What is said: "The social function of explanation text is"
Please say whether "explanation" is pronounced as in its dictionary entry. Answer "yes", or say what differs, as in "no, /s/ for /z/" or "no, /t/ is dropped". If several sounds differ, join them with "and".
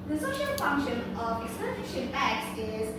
no, /l/ is dropped